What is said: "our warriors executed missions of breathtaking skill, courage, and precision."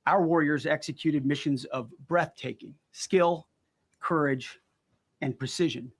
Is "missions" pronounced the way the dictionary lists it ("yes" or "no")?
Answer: yes